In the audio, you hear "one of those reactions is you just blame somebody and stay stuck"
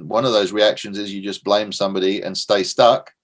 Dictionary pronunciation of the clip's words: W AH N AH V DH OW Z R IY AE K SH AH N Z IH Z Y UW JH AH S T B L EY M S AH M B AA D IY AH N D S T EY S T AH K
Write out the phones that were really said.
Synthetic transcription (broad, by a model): W AH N AH V DH OW Z R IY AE K SH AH N Z IH Z Y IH JH AH S B L EY M S AH M B AA D IY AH N S T EY S T AH K